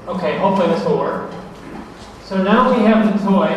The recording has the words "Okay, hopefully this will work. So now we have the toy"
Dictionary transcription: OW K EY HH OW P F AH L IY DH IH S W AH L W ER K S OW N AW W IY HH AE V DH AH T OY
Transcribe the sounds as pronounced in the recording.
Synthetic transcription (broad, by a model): OW K EY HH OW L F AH IY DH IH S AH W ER S OW N AW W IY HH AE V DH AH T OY